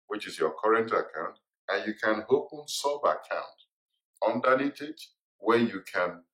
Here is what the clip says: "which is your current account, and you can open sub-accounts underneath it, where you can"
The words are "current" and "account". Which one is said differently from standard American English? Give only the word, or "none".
none